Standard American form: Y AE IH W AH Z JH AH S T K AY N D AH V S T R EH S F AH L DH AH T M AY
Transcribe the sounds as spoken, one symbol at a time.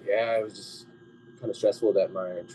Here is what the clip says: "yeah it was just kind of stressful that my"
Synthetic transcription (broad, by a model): Y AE IH W AH Z JH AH S K AY N D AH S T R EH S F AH DH AH T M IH